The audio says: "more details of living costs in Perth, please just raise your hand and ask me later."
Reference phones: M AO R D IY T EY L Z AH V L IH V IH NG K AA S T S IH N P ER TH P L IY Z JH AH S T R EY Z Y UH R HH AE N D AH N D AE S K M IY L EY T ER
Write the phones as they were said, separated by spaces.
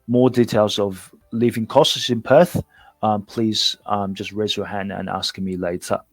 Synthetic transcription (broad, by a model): M AO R D IY T EY L Z AH V L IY V IH NG K AA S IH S IH N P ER TH P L IY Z JH AH S T R EY Z Y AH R HH AE N D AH N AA S K M IY L EY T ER